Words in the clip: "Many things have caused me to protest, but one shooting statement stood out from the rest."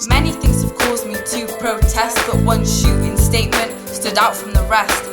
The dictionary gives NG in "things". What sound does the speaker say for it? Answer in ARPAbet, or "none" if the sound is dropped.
NG